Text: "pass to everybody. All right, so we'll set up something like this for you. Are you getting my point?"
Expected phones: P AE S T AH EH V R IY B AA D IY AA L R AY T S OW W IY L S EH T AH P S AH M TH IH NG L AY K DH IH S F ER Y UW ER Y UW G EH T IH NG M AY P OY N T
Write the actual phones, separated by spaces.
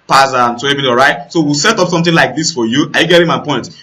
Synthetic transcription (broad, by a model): P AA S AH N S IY EH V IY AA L R AY T S OW W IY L S EH T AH P S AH M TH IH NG L AY K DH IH S F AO Y UW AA Y UW G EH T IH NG M AY P OY N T